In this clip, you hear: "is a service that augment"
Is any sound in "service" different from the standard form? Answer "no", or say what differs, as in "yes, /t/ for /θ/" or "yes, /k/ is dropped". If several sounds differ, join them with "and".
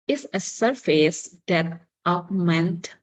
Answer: yes, /f/ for /v/